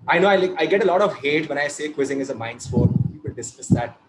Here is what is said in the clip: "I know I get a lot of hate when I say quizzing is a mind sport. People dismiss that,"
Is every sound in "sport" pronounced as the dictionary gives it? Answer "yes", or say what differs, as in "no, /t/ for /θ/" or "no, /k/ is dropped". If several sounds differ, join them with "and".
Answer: no, /f/ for /p/